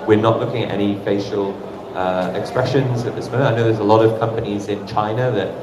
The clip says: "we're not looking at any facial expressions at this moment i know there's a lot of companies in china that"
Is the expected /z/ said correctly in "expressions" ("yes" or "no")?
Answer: yes